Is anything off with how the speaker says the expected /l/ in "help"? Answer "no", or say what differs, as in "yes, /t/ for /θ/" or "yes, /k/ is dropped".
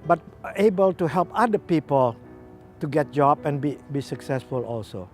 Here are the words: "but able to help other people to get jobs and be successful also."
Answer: no